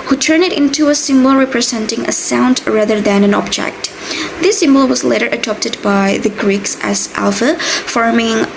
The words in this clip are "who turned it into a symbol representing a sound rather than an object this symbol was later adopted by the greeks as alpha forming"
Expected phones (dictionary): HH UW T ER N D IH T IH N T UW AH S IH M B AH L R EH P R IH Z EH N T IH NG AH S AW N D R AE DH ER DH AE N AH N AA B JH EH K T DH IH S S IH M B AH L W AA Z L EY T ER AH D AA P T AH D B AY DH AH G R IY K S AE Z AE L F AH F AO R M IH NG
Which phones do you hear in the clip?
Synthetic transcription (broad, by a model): HH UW T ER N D IH T IH N T UW AH S IH M B AH L R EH P R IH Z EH N T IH NG AH S AW N D R AE DH ER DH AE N AH N AA B JH EH K T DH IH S S IH M B AH L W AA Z L EY T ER AH D AA P T AH D B AY DH AH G R IY K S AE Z AE L F AH F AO R M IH NG